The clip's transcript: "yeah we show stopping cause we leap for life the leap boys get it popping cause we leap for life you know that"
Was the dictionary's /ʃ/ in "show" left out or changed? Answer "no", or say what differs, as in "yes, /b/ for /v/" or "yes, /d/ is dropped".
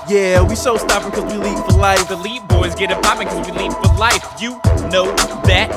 yes, /s/ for /ʃ/